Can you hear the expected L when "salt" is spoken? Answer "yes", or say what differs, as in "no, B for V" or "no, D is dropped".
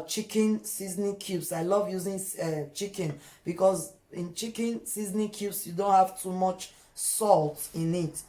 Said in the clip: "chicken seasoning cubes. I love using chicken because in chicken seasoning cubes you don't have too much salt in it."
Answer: yes